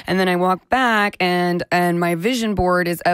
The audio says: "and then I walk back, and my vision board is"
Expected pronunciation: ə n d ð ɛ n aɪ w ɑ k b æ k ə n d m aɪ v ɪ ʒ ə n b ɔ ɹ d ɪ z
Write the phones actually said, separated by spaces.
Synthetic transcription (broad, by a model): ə n ð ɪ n aɪ w ɑ k b æ k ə n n m aɪ v ɪ ʒ ə n b ɔ ɹ d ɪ z